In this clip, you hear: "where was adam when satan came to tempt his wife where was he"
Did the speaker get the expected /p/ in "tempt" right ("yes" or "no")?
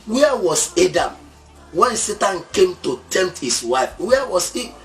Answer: no